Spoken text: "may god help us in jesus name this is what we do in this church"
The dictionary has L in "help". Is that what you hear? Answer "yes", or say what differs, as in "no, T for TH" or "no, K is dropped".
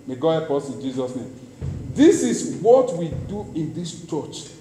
no, L is dropped